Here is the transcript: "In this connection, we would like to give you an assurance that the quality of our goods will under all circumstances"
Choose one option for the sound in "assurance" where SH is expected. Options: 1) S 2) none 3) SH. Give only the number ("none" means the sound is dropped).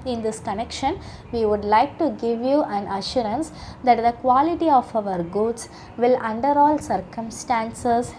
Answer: 3